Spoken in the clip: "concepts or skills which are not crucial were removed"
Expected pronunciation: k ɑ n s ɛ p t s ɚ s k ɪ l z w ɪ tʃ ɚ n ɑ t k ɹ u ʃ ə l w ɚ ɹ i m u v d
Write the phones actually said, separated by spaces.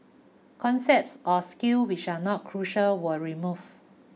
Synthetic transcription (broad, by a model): k ɑ n s ɛ p t s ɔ s k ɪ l w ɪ tʃ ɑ n ɑ t k ɹ u ʃ ə l w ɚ ɹ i m u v